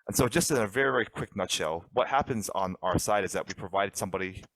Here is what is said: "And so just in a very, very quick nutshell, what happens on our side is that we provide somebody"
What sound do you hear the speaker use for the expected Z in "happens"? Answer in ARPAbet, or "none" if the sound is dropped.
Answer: Z